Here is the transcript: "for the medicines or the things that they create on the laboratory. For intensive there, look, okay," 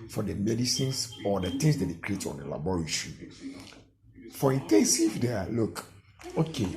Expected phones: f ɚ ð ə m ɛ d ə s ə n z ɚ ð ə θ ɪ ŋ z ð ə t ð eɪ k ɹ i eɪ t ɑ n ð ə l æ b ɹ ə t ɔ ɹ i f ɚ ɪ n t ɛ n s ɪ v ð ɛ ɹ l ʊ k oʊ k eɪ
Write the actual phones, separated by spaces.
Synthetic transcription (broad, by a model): f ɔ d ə m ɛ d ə s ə n s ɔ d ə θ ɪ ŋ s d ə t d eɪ k ɹ i eɪ t ɑ n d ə l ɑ b ɹ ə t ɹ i f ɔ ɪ n t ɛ n s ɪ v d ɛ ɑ l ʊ k oʊ k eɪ